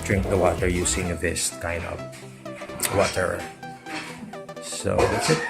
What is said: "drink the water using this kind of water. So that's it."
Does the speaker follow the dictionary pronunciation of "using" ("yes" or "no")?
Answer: no